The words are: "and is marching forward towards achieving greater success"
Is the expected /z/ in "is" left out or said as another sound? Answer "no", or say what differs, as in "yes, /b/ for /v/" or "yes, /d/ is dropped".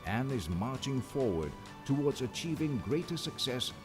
no